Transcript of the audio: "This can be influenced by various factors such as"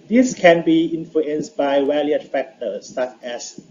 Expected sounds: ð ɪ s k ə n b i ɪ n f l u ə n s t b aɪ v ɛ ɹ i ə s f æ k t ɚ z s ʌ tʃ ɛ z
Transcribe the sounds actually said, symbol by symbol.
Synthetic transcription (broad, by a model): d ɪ s k ə n b i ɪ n f l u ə n s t b aɪ w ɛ l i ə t f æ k t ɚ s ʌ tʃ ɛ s